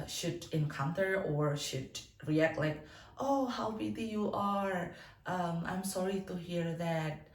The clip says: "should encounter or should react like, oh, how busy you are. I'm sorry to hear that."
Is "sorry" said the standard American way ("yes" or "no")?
yes